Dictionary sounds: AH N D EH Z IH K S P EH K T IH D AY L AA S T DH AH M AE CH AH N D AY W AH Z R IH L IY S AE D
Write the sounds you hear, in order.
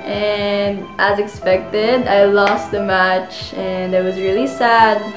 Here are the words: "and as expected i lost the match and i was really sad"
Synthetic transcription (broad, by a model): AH N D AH Z IH K S P EH K T IH D AY L AA S T DH AH M AE CH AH N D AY W AH Z R IH L IY S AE D